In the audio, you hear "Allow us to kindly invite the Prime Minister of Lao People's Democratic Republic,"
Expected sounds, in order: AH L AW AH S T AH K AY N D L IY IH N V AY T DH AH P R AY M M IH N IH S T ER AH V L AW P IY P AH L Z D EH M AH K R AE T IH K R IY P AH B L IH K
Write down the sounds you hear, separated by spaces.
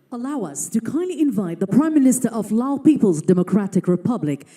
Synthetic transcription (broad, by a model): AH L AW AH S T AH K AY N D L IY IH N V AY T DH AH P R AY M M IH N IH S T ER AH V L AW P IY P AH L Z D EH M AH K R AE T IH K R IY P AH B L IH K